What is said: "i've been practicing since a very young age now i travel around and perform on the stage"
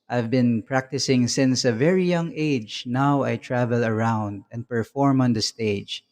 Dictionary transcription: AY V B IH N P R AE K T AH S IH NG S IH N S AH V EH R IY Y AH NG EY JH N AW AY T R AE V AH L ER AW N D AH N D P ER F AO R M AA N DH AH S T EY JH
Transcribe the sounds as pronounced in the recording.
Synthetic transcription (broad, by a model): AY V B IH N P R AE K T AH S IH NG S IH N S AH V EH R IY Y AH NG EY JH N AW AY T R AE V AH L ER AW N D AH N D P ER F AO R M AA N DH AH S T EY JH